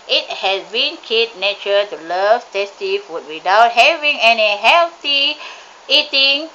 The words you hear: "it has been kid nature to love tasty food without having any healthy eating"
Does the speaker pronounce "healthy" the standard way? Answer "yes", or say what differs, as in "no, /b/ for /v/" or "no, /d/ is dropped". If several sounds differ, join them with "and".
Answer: no, /t/ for /θ/